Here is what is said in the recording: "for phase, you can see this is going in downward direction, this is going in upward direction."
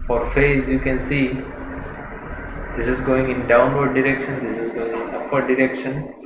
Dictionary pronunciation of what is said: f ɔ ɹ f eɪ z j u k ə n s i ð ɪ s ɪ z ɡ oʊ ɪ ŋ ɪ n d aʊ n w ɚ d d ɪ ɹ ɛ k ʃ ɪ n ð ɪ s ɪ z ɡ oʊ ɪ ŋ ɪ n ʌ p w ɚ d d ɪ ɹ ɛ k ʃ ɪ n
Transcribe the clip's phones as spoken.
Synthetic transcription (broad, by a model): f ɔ ɹ f eɪ z j u k ə n s i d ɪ s ɪ z ɡ oʊ ɪ ŋ ɪ n d aʊ n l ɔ d d ɪ ɹ ɛ k ʃ ɪ n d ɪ s ɪ z ɡ oʊ ɪ ŋ ɪ n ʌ p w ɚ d d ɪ ɹ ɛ k ʃ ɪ n